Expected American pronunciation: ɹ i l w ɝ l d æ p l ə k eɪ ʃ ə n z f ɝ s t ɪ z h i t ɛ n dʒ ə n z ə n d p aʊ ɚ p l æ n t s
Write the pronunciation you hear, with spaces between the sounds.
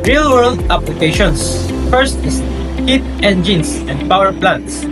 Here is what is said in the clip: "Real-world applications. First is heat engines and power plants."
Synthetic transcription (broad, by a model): ɹ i l w ɝ l d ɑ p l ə k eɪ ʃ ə n s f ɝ s t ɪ s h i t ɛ n dʒ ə n s ə n d p aʊ ɚ p l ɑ n t s